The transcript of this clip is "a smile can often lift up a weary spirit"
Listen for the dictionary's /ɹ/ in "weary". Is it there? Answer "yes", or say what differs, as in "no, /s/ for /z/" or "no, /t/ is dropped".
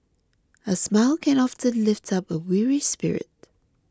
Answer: yes